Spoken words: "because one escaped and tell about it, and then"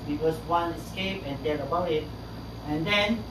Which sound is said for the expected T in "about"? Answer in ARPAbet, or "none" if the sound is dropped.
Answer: none